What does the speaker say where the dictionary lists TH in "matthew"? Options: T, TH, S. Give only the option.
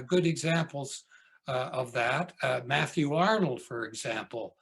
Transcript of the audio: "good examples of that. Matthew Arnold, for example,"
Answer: TH